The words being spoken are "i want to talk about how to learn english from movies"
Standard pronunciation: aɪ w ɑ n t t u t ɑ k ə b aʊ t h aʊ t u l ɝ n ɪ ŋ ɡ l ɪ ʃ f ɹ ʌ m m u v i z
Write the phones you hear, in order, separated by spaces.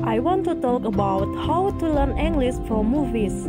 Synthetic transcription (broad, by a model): aɪ w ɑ n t t u t ɑ k ə b aʊ t h aʊ t u l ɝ n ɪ ŋ ɡ l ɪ s f ɹ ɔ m m u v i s